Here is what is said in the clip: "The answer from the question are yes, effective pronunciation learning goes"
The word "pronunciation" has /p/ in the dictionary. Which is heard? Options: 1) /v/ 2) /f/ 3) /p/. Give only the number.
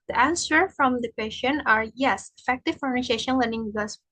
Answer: 2